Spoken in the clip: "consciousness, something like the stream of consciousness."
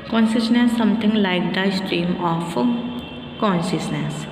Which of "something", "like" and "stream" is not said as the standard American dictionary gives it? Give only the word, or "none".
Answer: something